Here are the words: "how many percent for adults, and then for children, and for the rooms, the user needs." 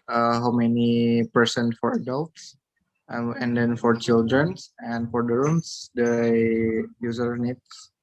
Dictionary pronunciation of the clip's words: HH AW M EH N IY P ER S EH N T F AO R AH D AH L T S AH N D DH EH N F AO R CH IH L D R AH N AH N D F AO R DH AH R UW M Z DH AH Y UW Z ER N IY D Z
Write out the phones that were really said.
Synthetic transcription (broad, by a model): HH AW M EH N IY P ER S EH N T F AO R AH D AH L T S AH N D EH N F AO R CH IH L D R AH N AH N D F AO R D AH R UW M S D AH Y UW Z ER N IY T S